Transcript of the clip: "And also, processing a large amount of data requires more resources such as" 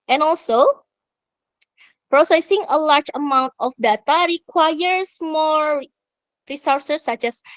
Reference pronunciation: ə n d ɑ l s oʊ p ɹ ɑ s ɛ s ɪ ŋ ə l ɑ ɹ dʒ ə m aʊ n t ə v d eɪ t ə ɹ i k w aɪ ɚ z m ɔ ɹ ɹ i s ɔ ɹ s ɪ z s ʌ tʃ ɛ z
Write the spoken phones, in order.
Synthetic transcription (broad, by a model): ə n ɑ l s oʊ p ɹ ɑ s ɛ s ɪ ŋ ə l ɑ ɹ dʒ ə m aʊ n t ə f d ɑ t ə ɹ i k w aɪ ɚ s m ɔ ɹ ɹ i s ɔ ɹ s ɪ s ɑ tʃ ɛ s